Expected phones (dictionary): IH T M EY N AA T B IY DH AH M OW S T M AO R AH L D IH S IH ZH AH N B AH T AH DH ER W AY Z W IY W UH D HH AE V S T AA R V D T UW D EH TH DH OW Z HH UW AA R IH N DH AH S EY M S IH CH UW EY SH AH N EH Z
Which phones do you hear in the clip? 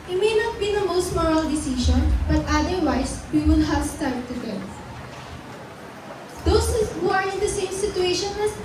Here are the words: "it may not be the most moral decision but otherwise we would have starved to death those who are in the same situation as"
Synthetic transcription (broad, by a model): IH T M EY N AA T B IY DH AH M OW S T M AO R AH L D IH S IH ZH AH N B AH T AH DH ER W AY S W IY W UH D HH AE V S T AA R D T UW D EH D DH OW S HH UW AA R IH N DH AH S EY M S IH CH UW EY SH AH N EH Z